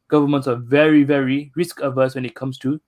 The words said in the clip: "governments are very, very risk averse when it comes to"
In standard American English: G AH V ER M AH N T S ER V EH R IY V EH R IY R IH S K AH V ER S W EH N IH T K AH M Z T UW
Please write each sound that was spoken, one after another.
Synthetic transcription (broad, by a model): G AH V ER M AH N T S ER V EH R IY V EH R IY R IH S K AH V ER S W EH N IH T K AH M S T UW